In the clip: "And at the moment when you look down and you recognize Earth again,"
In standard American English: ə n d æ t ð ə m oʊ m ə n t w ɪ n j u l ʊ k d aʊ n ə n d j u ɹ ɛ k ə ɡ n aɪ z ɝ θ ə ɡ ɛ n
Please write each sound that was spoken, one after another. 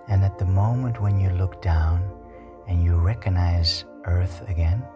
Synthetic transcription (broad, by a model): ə n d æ t ð ə m oʊ m ə n t w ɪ n j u l ʊ k d aʊ n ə n j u ɹ ɛ k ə ɡ n aɪ z ɝ θ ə ɡ ɛ n